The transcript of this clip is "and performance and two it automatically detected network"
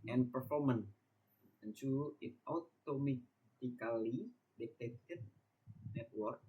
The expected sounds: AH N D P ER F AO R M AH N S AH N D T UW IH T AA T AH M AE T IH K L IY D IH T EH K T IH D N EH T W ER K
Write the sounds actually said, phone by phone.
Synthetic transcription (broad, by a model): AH N P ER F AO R M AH N AH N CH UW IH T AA T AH M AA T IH K L IY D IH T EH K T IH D N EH T W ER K